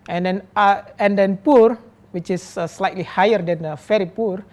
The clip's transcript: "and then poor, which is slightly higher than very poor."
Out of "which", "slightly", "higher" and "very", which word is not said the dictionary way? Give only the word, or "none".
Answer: very